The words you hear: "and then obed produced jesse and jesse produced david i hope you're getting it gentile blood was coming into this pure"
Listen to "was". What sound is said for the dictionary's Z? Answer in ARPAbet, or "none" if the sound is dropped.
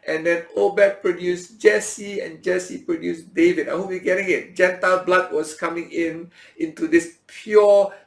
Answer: S